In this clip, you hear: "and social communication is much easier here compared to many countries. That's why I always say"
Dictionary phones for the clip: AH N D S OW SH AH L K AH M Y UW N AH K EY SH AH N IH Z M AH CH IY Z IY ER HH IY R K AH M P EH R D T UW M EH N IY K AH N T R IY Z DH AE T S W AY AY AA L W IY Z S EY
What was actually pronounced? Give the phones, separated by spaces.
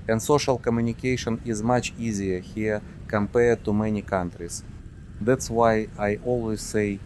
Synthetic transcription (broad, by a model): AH N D S OW SH AH L K AH M Y UW N AH K EY SH AH N IH Z M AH CH IY Z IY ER HH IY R K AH M P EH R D T UW M EH N IY K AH N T R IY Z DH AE T S W AY AY AA L W IY Z S EY